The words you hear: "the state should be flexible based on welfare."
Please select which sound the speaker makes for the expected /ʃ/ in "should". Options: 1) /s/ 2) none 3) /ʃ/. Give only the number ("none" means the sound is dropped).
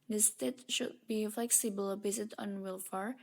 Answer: 3